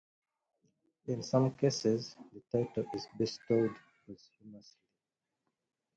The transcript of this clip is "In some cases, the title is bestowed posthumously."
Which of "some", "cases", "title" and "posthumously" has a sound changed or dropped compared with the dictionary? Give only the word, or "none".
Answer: posthumously